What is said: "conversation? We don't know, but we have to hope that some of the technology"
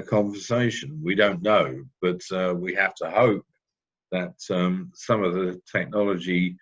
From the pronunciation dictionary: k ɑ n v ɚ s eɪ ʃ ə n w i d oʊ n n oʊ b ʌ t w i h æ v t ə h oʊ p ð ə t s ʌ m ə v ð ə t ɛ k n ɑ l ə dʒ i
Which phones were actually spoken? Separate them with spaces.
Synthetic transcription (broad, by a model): k ɑ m v ɚ s eɪ ʃ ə n w i d oʊ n n oʊ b ʌ t w i h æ f t ə h oʊ p ð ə t s ʌ m ə v ð ə t ɛ k n ɑ l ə dʒ i